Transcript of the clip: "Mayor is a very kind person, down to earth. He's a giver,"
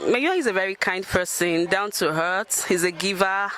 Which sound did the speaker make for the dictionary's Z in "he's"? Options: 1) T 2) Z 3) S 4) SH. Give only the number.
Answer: 2